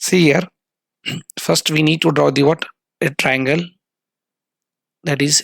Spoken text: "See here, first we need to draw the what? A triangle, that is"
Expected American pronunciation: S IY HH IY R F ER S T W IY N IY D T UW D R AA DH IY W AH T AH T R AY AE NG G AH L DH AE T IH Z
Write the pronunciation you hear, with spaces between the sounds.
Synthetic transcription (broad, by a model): S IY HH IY R F ER S T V IY N IY D T UW D R AA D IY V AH T AH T R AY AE NG G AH L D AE T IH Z